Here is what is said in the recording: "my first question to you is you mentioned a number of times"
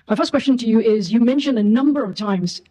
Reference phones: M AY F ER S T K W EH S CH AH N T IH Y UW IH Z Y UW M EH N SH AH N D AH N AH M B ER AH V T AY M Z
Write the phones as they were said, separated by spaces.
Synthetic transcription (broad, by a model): M AY F ER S K W EH S CH AH N T IH Y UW IH Z Y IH M EH N SH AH N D AH N AH M B ER AH V T AY M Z